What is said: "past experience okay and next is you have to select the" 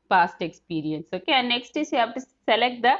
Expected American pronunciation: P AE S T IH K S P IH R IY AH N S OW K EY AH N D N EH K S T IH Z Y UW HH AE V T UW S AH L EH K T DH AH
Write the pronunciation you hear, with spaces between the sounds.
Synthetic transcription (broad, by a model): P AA S T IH K S P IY R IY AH N S OW K EY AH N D N EH K S T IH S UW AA P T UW S AH L EH K T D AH